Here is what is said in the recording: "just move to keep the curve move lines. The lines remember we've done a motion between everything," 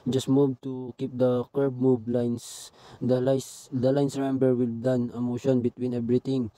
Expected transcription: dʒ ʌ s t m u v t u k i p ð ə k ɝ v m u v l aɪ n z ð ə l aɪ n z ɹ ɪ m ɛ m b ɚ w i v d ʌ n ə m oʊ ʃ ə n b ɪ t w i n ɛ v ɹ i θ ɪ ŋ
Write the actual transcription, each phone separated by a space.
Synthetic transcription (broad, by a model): dʒ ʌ s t m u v t u k i p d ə k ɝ b m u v l aɪ n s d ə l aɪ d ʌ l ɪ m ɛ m b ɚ w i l d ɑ n ə m oʊ ʃ ə n b ɪ t w i n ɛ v ɹ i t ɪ ŋ